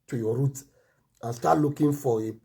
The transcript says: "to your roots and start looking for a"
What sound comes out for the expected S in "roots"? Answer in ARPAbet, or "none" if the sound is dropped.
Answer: none